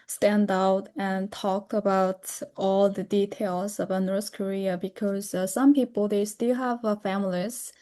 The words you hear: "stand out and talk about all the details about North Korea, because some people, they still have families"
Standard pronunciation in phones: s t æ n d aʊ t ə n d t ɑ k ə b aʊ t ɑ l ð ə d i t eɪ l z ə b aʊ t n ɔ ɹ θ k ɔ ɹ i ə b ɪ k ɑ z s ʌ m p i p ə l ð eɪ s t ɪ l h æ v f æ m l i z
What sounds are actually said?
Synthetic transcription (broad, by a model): s t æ n d aʊ t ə n t ɑ k ə b aʊ t ɑ l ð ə d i t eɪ l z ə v n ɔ ɹ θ k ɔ ɹ i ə b ɪ k ɑ z s ʌ m p i p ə l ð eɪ s t ɪ l h æ v f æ m l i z